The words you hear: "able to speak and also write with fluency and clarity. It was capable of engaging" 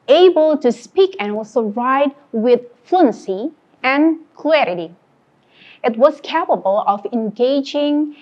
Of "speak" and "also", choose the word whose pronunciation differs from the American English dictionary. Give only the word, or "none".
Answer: also